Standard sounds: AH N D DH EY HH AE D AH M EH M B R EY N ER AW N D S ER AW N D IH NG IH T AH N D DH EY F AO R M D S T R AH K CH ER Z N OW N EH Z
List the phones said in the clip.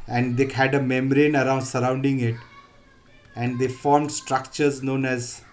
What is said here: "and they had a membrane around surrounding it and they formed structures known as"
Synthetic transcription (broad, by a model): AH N D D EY HH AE D AH M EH M R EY N ER AW N D S ER AW N D IH NG IH T AH N D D EY F AO R M D S T R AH K CH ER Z N OW N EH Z